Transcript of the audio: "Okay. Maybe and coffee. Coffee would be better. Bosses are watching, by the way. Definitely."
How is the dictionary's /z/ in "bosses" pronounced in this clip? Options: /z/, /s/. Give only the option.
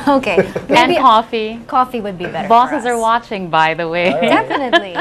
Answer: /z/